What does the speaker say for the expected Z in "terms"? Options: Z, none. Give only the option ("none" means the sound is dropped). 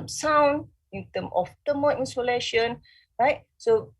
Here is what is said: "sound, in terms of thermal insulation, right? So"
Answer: none